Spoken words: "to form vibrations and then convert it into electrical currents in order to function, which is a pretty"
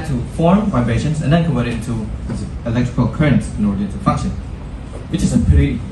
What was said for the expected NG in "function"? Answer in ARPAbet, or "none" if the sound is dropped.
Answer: none